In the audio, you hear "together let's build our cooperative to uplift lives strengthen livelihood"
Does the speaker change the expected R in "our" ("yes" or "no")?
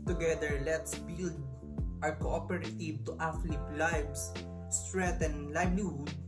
no